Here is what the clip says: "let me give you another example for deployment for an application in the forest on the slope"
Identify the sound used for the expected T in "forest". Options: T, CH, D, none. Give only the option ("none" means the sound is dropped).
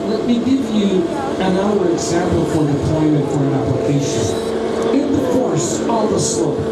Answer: none